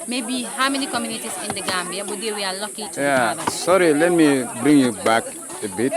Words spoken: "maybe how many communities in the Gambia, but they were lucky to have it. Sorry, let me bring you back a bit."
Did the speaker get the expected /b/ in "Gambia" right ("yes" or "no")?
no